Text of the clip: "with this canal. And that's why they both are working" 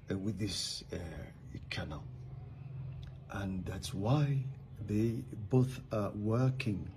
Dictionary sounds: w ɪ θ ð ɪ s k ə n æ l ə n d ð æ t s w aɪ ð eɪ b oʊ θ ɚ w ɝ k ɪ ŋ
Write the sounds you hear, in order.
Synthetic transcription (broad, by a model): w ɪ ð ɪ s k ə n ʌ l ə n ð æ t s w aɪ ð eɪ b oʊ θ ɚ w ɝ k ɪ ŋ